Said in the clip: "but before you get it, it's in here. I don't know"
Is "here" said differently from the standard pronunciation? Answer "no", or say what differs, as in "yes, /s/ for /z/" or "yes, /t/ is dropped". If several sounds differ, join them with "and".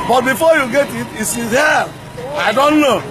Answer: yes, /l/ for /ɹ/